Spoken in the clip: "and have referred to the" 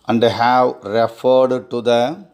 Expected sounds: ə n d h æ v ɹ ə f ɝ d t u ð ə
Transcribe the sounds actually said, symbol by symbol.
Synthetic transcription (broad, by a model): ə n d h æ w ɹ ə f ɝ d t u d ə